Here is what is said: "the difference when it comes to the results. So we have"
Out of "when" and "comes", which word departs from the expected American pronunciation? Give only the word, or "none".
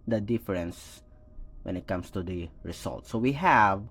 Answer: comes